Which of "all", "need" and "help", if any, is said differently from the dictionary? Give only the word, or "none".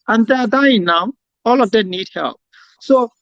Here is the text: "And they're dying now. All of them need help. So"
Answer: none